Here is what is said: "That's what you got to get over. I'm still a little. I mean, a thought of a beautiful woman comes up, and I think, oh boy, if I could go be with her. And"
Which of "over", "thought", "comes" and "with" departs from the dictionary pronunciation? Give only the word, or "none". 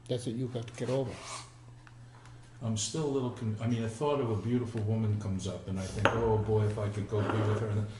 none